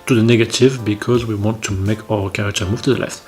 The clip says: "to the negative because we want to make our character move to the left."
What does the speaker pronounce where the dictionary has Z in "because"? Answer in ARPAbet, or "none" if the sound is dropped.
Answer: Z